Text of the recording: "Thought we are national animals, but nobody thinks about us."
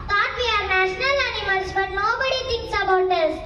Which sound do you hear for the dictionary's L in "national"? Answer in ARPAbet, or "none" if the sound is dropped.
L